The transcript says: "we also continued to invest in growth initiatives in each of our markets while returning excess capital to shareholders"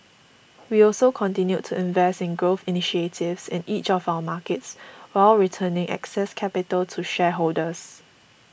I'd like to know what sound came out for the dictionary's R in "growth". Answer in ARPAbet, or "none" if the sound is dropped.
R